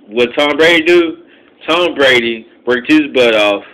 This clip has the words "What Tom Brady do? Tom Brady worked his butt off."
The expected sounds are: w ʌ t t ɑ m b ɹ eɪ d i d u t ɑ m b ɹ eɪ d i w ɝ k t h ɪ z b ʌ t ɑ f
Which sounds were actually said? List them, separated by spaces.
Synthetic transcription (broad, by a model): w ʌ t t ɑ m b ɹ eɪ d i d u t ɑ m b ɹ eɪ d i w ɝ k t h ɪ z b ʌ t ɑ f